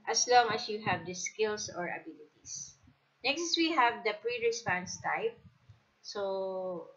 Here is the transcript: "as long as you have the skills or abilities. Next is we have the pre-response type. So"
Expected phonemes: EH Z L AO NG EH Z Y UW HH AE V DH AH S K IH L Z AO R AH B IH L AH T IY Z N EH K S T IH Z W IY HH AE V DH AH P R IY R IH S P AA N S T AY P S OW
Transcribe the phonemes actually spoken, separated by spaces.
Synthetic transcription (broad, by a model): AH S L AO NG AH S Y UW HH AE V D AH S K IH L S AO R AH B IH L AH T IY S N EH K S T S W IY HH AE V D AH P R IY R IH S P AA N S T AY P S OW